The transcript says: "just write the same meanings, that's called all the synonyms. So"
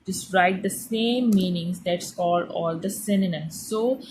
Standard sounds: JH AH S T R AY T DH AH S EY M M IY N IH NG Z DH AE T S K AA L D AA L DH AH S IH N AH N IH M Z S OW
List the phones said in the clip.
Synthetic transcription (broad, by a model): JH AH S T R AY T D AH S EY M M IY N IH NG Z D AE T S K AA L AA L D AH S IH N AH N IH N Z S OW